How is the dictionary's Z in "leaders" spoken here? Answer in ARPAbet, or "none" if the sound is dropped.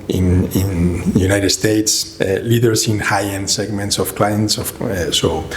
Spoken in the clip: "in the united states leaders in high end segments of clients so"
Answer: S